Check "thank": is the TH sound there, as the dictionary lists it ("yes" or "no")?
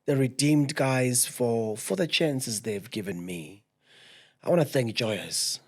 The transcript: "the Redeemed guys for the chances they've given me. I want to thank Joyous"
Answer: yes